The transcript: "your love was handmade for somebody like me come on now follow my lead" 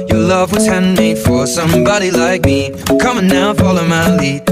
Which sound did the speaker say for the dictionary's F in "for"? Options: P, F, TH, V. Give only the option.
F